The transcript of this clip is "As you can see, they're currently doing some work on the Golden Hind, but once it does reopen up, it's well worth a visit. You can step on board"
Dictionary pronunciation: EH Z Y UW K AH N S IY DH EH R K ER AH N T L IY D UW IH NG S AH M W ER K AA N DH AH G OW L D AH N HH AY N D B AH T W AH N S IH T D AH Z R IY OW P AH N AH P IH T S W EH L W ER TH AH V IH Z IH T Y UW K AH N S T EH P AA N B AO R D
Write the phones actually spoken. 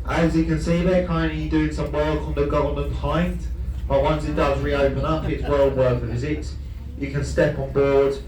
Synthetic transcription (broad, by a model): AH Z Y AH K AH N S IY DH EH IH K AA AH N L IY D UW IH NG S AH M W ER K N DH AH G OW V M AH N HH AY N D B AH T W AH N S IH T D AH Z R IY OW P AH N AH P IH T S W EH L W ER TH AH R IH Z IH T Y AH K AH N S T EH P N B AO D